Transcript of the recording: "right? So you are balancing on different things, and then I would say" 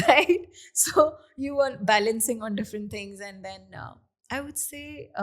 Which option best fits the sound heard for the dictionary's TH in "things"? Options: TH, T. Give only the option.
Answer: T